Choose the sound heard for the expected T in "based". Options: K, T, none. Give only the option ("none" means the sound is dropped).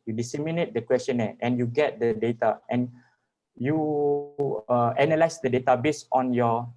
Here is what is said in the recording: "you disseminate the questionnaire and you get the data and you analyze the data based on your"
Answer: none